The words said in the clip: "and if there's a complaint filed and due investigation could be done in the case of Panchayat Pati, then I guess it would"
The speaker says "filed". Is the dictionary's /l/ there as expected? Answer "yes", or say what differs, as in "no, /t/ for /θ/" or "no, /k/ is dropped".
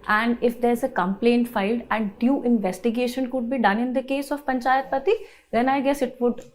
yes